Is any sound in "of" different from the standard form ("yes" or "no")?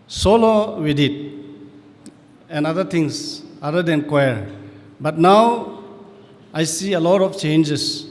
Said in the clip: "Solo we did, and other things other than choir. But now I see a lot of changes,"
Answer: yes